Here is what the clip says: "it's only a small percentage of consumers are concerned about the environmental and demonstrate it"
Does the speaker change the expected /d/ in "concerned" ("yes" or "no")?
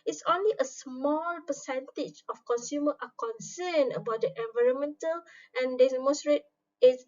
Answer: yes